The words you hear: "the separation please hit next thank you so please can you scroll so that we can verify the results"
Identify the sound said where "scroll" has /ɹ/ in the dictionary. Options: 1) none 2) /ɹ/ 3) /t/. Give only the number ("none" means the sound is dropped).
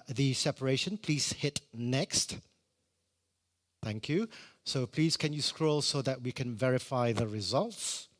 2